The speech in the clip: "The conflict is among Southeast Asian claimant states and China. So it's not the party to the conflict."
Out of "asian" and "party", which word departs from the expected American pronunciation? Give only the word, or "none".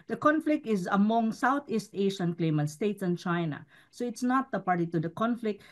asian